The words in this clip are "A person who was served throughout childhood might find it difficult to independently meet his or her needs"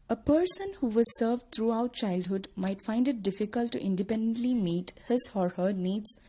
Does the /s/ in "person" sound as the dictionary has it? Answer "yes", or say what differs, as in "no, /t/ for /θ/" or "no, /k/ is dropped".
yes